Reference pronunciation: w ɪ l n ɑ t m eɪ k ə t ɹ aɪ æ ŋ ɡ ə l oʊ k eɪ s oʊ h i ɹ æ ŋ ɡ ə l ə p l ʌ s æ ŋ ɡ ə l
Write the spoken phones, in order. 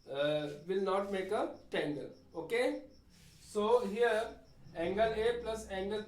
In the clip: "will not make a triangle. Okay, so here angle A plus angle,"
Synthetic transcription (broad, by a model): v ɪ l n ɑ t m eɪ k ə t ɛ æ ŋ ɡ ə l oʊ k eɪ s oʊ h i ɹ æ ŋ ɡ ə l ə p l ʌ s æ ŋ ɡ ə l